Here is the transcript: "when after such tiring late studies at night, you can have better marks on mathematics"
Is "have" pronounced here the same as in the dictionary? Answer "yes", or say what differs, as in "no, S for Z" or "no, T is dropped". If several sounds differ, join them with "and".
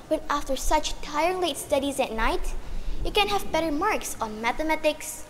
yes